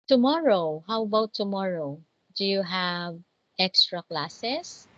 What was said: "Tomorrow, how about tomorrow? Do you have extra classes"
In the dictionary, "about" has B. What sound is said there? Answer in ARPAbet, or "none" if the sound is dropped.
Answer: none